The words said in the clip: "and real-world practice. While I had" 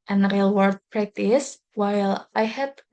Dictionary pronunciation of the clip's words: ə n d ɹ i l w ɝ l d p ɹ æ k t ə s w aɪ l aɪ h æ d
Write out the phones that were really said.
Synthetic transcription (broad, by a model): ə n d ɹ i l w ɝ d p ɹ æ k t ə s w aɪ l aɪ h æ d